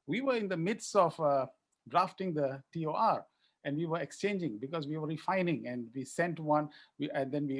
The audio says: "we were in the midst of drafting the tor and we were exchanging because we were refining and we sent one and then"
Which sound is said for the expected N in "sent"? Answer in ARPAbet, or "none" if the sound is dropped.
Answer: N